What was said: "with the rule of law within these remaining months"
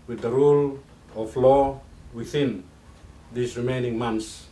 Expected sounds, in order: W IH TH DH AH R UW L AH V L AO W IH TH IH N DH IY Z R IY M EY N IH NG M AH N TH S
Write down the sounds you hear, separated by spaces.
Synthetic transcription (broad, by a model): W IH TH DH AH R UW L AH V L AO W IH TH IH N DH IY S R IY M EY N IH NG M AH N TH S